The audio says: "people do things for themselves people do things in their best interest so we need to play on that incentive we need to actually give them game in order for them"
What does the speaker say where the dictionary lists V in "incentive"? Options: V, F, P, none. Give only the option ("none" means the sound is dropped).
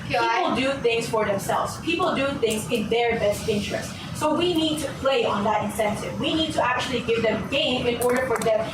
V